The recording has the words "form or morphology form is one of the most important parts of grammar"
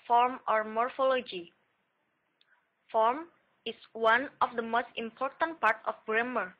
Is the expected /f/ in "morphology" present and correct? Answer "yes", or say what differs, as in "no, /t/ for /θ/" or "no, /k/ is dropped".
yes